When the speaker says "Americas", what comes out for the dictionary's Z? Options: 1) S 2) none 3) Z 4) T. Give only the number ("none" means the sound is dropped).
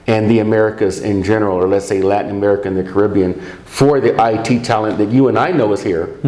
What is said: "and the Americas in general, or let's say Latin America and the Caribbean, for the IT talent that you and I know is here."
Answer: 3